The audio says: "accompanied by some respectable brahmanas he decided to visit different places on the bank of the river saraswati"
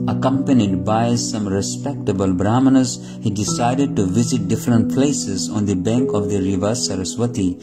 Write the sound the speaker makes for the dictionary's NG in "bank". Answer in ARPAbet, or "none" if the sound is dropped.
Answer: NG